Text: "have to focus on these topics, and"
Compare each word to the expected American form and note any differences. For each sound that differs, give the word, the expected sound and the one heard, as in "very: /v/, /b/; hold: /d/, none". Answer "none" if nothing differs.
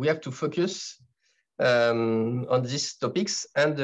these: /z/, /s/